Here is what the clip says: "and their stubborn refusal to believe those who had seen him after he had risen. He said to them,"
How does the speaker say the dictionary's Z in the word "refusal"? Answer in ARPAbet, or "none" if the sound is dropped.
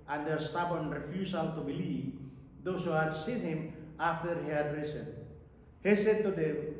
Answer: S